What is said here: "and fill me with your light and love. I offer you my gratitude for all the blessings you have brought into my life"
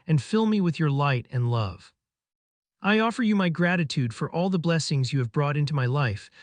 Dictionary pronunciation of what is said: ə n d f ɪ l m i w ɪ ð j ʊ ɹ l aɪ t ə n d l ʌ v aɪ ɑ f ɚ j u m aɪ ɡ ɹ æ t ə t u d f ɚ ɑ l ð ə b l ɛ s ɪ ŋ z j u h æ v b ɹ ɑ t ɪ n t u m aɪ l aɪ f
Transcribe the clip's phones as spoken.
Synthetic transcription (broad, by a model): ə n f ɪ l m i w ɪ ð j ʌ ɹ l aɪ t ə n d l ʌ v aɪ ɑ f ɚ j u m aɪ ɡ ɹ æ t ə t u d f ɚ ɑ l ð ə b l ɛ s ɪ ŋ z j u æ v b ɹ ɑ t ɪ n t u m aɪ l aɪ f